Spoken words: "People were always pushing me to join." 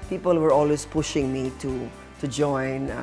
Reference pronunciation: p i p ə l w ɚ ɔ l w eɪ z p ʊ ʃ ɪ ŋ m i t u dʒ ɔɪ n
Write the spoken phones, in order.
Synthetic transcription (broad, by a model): p i p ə l w ɚ ɔ l w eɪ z p ʊ ʃ ɪ ŋ m i t u dʒ ɔɪ n